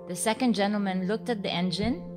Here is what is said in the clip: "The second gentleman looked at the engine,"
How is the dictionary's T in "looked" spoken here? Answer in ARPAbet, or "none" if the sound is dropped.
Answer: T